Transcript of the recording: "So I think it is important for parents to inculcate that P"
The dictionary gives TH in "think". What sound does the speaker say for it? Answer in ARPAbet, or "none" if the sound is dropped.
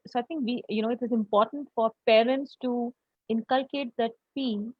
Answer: T